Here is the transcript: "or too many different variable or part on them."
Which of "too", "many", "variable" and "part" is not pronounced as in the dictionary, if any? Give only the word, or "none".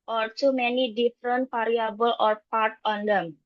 variable